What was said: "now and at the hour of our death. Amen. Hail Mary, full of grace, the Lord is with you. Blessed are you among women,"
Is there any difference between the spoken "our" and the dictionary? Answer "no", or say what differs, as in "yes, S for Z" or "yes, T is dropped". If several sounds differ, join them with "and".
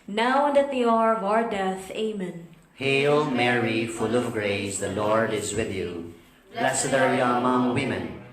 no